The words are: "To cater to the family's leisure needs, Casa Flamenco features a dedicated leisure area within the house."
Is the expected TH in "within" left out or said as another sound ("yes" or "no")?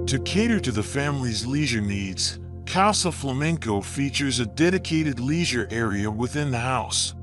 no